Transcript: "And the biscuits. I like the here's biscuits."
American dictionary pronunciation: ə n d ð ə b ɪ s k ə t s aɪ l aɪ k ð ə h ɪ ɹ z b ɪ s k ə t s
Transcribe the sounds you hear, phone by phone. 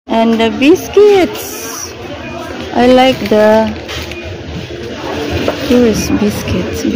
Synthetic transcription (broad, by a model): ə n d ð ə b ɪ s k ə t s aɪ l aɪ k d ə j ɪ ɹ s b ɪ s k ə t s